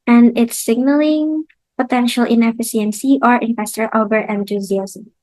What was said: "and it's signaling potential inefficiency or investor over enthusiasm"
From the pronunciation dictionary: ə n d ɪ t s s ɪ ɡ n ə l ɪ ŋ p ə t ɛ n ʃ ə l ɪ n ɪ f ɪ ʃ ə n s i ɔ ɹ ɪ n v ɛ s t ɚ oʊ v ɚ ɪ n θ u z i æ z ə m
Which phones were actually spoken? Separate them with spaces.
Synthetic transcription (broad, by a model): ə n d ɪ t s s ɪ ɡ n ə l ɪ ŋ p ə t ɛ n ʃ ə l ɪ n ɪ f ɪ s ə n s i ɔ ɹ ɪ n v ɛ s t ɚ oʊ b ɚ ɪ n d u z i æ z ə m